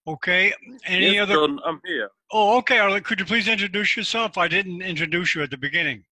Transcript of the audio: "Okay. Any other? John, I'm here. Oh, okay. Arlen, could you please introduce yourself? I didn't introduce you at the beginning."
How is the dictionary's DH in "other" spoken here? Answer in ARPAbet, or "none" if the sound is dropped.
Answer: DH